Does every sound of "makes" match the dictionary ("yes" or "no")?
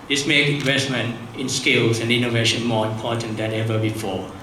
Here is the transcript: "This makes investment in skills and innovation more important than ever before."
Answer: no